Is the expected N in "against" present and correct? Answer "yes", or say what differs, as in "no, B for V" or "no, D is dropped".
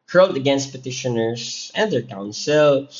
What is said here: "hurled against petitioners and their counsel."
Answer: yes